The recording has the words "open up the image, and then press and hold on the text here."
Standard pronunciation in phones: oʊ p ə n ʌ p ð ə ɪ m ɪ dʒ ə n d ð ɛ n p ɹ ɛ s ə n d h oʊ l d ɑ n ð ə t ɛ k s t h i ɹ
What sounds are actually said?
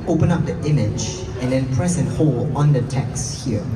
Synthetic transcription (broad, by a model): oʊ p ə n ʌ p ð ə ɪ m ɪ dʒ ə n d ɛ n p ɹ ɛ s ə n h oʊ l ɑ n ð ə t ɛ k s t h i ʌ